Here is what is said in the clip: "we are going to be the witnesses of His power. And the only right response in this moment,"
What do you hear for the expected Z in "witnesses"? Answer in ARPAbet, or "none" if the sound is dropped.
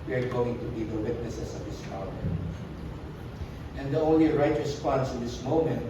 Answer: S